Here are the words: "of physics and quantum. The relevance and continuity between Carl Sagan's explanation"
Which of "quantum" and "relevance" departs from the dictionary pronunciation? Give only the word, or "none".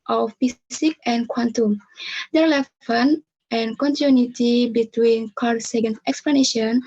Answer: relevance